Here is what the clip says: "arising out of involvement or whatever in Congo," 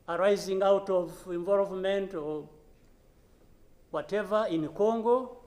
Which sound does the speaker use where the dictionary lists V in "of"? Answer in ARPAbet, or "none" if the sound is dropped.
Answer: V